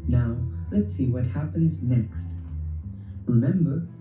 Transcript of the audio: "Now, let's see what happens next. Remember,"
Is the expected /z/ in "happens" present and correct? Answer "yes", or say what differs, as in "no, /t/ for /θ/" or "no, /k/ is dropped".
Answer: yes